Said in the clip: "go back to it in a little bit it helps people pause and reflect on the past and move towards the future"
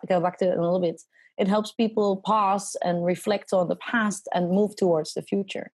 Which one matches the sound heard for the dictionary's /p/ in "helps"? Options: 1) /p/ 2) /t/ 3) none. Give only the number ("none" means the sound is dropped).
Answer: 1